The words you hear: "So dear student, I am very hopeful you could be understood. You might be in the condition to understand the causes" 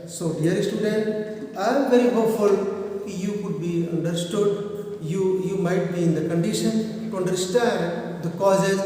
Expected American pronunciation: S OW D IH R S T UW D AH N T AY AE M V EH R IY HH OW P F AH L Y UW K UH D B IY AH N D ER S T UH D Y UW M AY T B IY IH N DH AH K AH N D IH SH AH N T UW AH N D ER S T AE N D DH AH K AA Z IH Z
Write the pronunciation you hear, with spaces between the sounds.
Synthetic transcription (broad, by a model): S OW D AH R S T UW D AH N T AY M V EH R IY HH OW F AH L Y UW K UH D B IY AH N D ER S T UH D Y UW M AY T B IY IH N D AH K AH N D IH SH AH N T UW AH N D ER S T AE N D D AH K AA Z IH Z